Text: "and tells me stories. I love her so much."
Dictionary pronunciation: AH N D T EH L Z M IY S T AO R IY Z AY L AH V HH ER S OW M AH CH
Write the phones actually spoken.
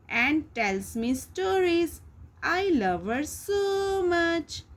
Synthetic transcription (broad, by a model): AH N D T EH L S M IY S T AO R IY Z AY L AH V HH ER S OW M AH CH